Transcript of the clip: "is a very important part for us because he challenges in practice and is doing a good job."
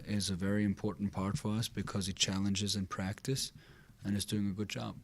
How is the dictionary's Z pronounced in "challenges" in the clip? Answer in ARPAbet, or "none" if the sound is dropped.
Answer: Z